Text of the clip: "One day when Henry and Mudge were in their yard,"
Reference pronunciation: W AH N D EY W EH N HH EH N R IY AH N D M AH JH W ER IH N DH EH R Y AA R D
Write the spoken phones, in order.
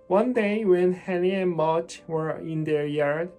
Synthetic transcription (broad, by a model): W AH N D EY W EH N HH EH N IY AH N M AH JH W ER IH N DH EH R Y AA R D